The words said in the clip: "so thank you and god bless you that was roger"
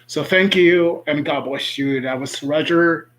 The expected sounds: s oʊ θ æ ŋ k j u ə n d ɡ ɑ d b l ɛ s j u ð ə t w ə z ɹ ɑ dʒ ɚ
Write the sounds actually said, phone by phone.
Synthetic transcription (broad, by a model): s oʊ θ æ ŋ k j u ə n ɡ ɑ d b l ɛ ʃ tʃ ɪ ð ə t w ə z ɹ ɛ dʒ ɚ